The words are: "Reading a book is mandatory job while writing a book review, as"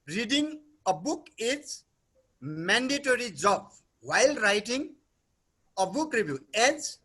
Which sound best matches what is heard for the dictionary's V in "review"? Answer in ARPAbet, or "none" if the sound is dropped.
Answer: B